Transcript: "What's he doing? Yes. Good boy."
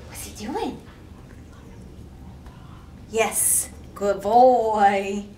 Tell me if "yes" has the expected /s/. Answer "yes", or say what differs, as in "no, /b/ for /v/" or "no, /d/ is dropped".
yes